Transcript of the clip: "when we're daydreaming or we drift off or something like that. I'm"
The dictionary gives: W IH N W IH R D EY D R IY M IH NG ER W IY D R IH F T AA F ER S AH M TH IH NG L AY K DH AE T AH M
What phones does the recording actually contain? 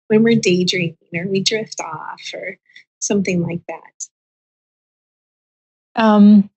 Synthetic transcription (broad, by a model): W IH N W IH R D EY D R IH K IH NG ER W IY D R IH F T AA F ER S AH M TH IH NG L AY K DH AE T AH M